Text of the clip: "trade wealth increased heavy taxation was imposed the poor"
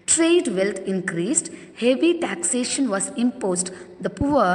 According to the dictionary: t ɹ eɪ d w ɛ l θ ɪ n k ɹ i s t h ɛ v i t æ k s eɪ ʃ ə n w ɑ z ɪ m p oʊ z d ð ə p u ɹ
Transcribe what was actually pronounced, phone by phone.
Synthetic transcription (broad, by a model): t ɹ eɪ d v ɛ l t ɪ n k ɹ i s t h ɛ v i t æ k s eɪ ʃ ə n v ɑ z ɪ m p oʊ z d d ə p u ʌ